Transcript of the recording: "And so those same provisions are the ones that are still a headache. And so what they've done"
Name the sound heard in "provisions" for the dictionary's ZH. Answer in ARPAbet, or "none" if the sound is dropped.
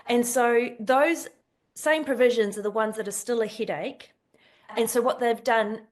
ZH